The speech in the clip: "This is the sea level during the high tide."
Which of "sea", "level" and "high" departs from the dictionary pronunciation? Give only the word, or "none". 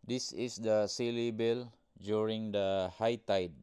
level